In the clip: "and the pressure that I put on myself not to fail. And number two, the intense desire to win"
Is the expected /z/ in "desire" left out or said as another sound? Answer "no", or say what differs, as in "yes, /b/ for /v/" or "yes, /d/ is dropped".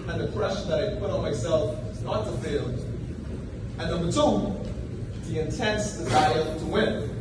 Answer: no